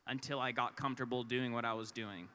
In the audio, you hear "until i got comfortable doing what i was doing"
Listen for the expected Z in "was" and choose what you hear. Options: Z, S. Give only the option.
Z